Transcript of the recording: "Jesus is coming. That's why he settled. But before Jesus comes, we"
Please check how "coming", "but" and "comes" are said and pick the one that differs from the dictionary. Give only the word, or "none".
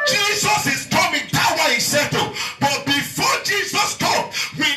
comes